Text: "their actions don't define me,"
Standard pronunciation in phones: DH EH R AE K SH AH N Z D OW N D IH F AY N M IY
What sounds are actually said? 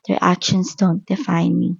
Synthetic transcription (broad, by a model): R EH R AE K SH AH N S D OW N D IH F AY N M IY